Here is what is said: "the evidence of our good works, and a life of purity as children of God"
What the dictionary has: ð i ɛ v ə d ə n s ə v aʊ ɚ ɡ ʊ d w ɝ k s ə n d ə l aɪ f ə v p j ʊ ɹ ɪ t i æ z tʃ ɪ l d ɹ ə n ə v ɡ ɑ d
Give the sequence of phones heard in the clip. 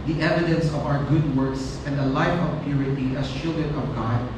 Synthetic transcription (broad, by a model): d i ɛ v ə d ə n s ə v aʊ ɚ ɡ ʊ d w ɝ k s ə n d ə l aɪ f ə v p j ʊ ɹ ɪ t i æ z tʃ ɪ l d ə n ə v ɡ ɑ d